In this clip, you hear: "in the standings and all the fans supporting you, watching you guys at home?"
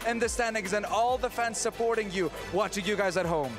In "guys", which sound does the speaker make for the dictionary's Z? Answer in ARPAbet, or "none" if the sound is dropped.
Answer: Z